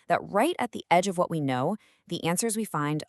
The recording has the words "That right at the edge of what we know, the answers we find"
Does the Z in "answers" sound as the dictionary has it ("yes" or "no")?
yes